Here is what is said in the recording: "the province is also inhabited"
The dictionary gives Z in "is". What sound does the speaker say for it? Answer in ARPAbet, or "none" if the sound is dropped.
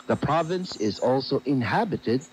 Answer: Z